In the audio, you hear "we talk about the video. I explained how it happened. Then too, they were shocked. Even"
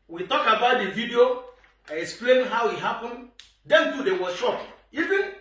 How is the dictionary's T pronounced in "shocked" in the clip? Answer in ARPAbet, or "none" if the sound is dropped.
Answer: none